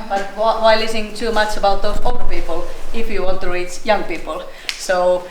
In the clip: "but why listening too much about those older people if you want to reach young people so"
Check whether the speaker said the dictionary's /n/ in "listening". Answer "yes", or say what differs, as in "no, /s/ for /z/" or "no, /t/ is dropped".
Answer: no, /n/ is dropped